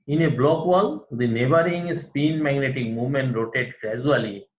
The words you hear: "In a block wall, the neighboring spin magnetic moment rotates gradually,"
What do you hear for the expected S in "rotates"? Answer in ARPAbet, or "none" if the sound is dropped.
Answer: none